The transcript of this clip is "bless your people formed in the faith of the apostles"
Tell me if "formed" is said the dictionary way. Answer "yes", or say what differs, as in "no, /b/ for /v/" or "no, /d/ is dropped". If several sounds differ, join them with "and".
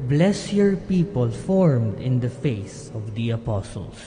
yes